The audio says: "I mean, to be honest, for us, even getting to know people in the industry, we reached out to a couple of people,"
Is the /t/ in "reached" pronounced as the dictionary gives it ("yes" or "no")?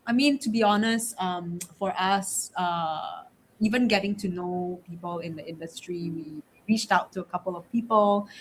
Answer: yes